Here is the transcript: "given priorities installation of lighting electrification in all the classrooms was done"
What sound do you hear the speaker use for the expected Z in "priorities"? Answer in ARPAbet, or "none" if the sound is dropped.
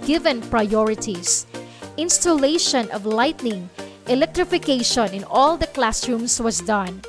S